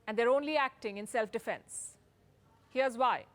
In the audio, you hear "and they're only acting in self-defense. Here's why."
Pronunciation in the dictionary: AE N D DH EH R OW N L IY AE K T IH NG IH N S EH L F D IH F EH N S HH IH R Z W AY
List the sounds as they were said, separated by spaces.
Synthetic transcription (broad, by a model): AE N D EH R OW N L IY AE K T IH NG IH N S EH L F D IH F EH N S HH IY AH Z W AY